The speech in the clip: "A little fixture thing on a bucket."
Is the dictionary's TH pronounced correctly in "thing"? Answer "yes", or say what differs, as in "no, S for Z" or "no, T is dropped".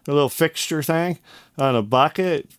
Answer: yes